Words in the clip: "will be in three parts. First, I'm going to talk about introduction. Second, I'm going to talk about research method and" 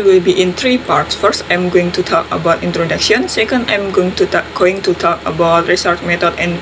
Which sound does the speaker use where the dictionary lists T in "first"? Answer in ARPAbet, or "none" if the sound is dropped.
T